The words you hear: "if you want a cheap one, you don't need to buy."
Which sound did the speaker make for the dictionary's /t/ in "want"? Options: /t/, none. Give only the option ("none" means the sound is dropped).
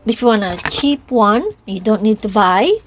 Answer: none